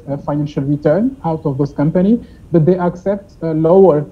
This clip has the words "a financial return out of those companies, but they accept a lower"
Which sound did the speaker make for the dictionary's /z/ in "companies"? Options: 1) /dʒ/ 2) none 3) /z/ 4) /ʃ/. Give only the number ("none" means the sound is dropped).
2